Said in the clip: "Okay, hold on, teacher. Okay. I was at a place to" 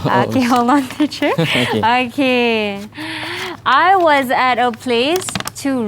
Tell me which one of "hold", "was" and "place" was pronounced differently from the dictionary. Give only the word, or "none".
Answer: hold